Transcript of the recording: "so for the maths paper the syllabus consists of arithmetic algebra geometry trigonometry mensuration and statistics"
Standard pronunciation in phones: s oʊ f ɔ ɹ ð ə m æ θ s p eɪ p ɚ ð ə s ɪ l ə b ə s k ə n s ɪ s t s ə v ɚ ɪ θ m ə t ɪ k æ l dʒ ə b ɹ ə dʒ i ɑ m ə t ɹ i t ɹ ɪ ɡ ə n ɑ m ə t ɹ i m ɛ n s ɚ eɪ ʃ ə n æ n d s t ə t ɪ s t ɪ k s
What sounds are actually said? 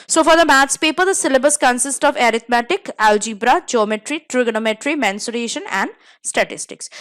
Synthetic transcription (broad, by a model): s oʊ f ɔ ɹ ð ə m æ t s p eɪ p ɚ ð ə s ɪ l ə b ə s k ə n s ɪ s t ə v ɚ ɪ t m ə t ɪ k æ l dʒ ə b ɹ ə dʒ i m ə t ɹ i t ɹ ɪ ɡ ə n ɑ m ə t ɹ i m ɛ n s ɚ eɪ ʃ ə n æ n d s t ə t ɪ s t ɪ k s